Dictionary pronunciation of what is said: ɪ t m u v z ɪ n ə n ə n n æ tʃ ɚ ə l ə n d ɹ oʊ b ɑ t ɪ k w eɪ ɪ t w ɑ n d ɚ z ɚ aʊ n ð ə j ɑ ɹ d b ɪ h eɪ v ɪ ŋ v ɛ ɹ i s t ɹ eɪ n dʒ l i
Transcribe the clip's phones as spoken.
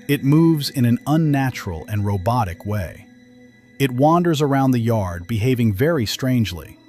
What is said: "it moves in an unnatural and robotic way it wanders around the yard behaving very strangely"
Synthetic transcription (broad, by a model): ɪ t m u v z ɪ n ə n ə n n æ tʃ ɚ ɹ l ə n ɹ oʊ b ɑ t ɪ k w eɪ ɪ t w ɑ n d ɚ z ɚ aʊ n ð ə j ɑ ɹ d b ɪ h eɪ v ɪ ŋ v ɛ ɹ i s t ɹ eɪ n dʒ l i